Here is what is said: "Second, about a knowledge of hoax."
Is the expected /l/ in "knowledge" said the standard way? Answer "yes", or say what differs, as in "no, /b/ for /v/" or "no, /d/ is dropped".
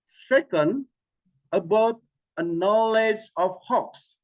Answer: yes